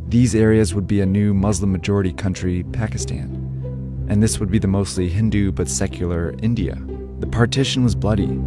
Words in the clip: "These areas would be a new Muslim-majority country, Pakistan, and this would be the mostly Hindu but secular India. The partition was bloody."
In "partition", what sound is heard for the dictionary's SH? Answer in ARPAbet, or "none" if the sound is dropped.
SH